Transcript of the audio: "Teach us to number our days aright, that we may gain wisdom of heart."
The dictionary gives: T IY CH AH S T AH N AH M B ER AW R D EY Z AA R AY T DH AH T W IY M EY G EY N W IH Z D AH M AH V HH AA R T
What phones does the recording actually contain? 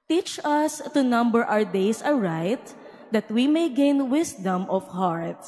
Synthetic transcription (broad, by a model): T IY CH AH S T AH N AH M B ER AW R D EY S AA R AY T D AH T W IY M EY G EY N W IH S D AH M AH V HH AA R T